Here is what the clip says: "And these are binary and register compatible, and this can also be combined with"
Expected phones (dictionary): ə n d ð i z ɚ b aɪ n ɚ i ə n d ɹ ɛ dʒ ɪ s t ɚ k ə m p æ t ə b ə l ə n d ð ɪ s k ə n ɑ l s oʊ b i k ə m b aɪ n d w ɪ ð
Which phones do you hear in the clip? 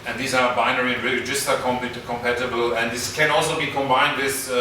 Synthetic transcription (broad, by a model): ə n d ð i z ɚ b aɪ n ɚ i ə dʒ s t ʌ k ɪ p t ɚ k ə m p æ t ə b ə l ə n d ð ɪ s k ə n ɑ l s oʊ b i k ə m b aɪ n d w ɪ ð